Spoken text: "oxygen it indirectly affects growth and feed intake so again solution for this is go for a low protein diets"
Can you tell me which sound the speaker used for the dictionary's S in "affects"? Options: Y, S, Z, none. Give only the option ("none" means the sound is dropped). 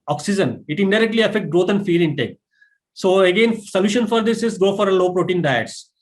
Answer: none